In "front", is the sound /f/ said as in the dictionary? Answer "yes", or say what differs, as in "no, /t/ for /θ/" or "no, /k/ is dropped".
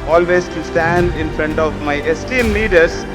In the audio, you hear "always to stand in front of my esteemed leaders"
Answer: yes